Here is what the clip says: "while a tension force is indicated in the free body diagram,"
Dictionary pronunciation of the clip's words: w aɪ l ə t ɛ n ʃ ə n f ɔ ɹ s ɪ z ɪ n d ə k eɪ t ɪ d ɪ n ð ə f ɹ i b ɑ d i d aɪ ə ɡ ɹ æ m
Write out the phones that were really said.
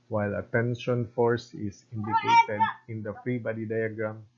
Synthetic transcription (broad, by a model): w aɪ l ə t ɛ n ʃ ə n f ɔ ɹ s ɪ s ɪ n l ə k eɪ t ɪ d ɪ n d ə f ɹ i b ɑ d i d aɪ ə ɡ ɹ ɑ m